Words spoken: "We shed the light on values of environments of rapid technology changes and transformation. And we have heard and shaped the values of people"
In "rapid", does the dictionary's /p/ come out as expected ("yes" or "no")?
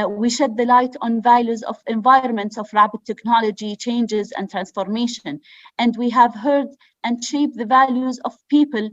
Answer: no